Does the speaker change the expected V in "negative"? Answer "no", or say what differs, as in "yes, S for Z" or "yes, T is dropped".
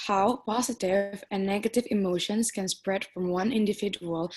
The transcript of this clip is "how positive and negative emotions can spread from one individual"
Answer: no